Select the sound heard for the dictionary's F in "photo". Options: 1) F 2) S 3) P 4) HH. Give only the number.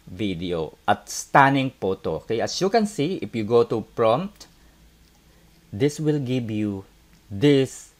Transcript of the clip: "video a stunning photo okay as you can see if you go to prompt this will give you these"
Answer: 3